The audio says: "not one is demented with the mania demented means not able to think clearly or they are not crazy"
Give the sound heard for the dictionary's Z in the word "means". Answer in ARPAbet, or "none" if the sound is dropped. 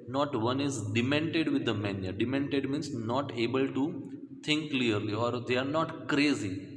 S